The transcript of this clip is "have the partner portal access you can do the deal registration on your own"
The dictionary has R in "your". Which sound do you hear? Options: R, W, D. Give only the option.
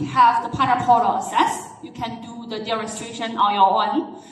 W